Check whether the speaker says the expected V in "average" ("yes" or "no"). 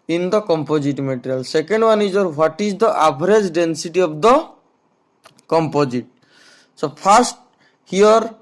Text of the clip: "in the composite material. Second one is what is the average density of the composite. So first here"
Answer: no